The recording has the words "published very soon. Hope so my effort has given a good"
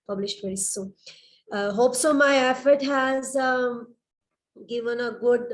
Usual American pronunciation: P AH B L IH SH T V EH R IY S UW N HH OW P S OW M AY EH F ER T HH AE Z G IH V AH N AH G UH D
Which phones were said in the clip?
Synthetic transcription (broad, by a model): P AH B L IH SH T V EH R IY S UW HH OW P S OW M AY EH F ER T HH AE Z G IH V AH N AH G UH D